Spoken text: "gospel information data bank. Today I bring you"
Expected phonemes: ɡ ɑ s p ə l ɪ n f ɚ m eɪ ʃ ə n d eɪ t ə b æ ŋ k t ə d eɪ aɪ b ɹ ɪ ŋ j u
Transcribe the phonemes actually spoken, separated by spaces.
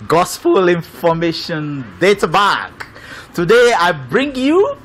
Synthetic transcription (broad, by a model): ɡ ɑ s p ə l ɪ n f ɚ m eɪ ʃ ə n d eɪ t ə b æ k t ə d eɪ aɪ b ɹ ɪ ŋ j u